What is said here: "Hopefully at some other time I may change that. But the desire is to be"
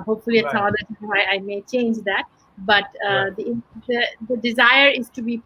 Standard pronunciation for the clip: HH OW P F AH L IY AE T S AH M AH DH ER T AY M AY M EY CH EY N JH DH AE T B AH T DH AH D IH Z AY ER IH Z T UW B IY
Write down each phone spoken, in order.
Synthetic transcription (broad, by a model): HH OW P F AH L IY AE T S AH M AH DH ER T AY AY M EY CH EY N JH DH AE T B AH T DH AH D IH Z AY ER IH Z T UW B IY